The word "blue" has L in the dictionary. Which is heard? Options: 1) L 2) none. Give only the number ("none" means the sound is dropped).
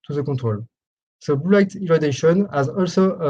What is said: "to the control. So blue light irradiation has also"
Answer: 2